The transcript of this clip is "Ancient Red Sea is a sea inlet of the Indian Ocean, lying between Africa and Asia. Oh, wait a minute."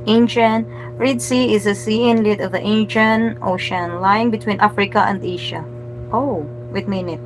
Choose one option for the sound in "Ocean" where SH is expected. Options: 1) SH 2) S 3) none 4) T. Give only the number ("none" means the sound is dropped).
1